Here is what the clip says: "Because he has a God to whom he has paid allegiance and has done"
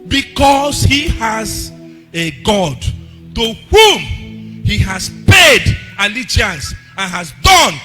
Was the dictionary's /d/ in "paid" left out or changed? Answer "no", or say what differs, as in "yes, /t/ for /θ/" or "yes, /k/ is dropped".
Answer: no